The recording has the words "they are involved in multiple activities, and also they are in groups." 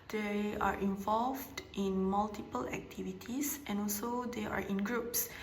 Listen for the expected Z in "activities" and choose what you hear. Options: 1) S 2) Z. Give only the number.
1